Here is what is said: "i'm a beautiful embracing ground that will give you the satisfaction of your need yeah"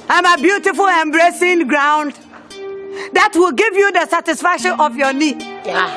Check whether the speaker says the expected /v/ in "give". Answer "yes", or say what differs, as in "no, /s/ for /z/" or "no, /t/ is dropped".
yes